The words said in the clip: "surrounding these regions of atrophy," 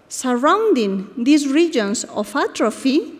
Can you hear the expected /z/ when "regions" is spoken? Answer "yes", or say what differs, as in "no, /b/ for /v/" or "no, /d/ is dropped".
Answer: no, /s/ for /z/